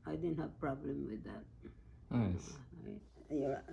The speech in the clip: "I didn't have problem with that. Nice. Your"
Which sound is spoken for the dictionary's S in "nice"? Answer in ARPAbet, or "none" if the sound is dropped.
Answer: none